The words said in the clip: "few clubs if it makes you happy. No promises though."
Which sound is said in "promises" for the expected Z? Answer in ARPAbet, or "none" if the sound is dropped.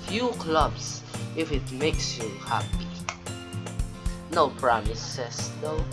S